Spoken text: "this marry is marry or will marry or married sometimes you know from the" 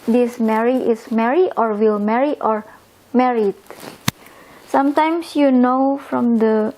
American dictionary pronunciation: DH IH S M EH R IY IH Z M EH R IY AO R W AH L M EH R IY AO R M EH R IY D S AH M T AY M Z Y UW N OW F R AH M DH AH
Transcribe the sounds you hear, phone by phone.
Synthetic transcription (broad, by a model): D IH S M EH R IY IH S M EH R IY AO R W AH L M EH R IY AO R M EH R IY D S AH M T AY M S Y UW N OW F R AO M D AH